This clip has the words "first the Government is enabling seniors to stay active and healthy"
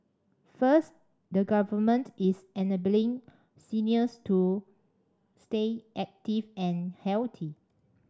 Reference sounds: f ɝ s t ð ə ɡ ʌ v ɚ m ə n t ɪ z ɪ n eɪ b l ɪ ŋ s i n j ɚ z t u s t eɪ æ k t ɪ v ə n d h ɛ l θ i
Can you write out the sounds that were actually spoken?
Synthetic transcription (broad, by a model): f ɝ s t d ə ɡ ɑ v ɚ m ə n t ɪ s ɪ n eɪ b l ɪ ŋ s i n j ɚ s t u s t eɪ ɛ k t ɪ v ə n h ɛ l t i